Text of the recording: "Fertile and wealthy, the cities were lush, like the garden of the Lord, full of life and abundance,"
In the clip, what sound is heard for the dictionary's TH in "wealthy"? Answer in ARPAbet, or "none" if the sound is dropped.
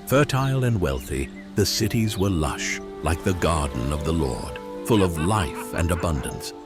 TH